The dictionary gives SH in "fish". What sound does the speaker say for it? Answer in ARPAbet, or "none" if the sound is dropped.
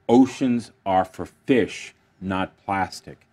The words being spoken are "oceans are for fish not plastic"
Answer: SH